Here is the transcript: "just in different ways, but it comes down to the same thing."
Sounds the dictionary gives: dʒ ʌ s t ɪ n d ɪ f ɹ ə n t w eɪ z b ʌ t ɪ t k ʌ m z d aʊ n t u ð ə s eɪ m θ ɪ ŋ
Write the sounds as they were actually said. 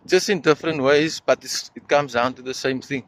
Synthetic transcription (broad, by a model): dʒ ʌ s t ɪ n d ɪ f ɹ ə n t w eɪ z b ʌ t ɪ t k ʌ m z d aʊ n t u ð ə s eɪ m θ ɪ ŋ